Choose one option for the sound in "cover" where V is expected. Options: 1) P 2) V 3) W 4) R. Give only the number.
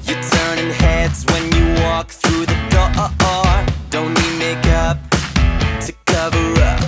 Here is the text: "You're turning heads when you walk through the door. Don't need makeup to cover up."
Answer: 2